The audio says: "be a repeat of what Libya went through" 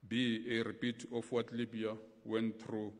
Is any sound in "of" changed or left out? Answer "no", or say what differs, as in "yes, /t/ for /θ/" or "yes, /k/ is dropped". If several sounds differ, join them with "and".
yes, /f/ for /v/